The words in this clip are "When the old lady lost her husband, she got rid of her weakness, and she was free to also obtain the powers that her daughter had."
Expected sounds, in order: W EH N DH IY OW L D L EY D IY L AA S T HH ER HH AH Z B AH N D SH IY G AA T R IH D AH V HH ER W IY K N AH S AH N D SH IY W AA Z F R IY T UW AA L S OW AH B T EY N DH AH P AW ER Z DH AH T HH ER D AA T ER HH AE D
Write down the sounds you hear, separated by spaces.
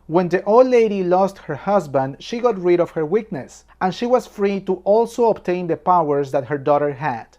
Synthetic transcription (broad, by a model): W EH N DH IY OW L D L EY D IY L AA S T HH ER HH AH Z B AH N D SH IY G AA T R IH D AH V HH ER W IY K N AH S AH N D SH IY W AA S F R IY T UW AA L S OW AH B T EY N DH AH P AW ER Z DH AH T HH ER D AA T ER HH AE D